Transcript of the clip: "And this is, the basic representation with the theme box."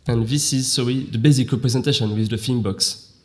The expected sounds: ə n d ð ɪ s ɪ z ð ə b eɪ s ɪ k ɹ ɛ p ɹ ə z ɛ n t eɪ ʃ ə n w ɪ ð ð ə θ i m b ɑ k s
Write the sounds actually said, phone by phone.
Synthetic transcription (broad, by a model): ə n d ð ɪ s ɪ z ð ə b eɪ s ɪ k ɹ ɛ p ɹ ə z ɛ n t eɪ ʃ ə n w ɪ ð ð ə f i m b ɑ k s